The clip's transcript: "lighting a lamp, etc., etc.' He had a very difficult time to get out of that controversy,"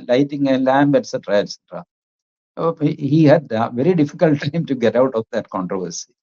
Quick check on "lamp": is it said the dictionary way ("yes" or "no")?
no